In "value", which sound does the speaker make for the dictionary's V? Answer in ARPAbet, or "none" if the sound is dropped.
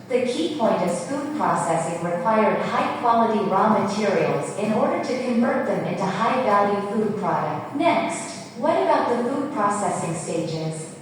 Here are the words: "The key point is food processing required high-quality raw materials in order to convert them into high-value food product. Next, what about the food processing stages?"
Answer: B